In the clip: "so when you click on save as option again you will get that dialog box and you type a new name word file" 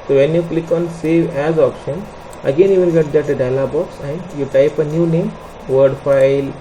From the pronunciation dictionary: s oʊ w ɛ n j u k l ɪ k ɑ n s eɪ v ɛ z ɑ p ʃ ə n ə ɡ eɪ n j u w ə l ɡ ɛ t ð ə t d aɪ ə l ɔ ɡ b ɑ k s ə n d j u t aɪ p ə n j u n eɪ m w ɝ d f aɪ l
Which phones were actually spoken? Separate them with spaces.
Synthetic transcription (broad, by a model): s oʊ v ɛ n j u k l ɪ k ɑ n s eɪ v ɛ z ɑ p ʃ ə n ə ɡ eɪ n j u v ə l ɡ ɛ t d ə t d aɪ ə l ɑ b ɑ k s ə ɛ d j u t aɪ p ə n j u n eɪ m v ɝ d f aɪ l